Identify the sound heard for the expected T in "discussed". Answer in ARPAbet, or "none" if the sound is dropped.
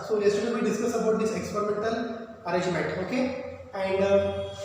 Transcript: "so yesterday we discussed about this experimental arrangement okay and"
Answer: none